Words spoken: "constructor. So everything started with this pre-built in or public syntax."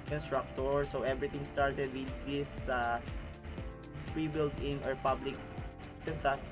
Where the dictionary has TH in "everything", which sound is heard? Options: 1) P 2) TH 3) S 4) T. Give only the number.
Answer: 4